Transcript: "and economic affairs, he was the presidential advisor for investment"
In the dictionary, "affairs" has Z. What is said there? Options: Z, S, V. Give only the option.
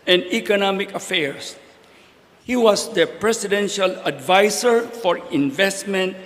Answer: S